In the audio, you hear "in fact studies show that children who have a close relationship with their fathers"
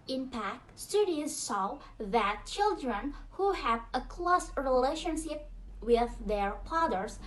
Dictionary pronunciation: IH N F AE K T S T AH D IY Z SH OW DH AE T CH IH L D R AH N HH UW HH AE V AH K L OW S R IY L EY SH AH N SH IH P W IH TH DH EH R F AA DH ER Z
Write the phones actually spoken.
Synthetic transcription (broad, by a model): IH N P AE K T S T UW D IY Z S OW DH AE T CH IH L D R AH N HH UW HH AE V AH K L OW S R IY L EY SH AH N SH IH P W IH DH EH R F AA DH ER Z